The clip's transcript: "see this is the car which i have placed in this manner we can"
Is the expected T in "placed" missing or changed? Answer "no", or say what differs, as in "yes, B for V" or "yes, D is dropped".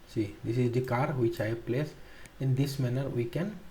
yes, T is dropped